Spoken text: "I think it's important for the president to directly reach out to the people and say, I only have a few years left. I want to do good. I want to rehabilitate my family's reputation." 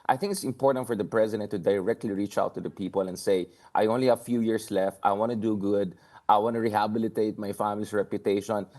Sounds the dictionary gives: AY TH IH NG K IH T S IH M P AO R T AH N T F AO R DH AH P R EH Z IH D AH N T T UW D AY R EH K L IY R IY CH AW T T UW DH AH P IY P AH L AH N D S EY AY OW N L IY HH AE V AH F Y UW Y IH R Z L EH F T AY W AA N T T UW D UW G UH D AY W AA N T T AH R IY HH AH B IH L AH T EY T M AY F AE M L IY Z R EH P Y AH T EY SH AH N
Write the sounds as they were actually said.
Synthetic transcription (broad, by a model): AY TH IH NG K IH T S IH M P AO R T AH N T F AO R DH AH P R EH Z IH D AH N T T UW D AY R EH K L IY R IY CH AW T T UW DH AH P IY P AH L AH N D S EY AY OW N L IY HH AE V F Y UW Y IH R S L EH F T AY W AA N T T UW D UW G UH D AY W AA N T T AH R IY HH AH B IH L AH T EY T M AY F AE M L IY S R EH P Y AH T EY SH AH N